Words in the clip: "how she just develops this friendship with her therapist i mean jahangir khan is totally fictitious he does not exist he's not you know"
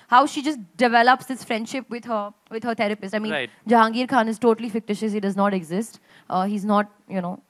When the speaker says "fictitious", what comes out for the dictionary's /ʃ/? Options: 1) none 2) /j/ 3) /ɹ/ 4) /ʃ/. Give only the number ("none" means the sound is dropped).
4